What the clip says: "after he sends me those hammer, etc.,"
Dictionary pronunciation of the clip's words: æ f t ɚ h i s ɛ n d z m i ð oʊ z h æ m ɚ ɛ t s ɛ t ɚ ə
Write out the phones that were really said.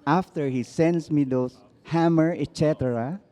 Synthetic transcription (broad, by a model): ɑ f t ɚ h i s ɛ n d s m i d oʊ s h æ m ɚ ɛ t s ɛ t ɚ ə